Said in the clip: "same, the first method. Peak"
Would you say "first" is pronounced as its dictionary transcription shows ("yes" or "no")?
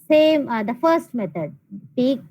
yes